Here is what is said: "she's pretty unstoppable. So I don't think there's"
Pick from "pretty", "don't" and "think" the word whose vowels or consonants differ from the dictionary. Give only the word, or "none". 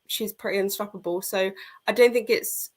none